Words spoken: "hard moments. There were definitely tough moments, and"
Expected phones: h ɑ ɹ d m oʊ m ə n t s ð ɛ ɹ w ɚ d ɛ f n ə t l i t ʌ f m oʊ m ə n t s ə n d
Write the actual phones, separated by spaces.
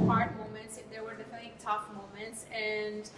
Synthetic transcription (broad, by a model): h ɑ ɹ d m oʊ m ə n t s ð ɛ ɹ w ɚ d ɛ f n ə t i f m oʊ m ə n t s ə n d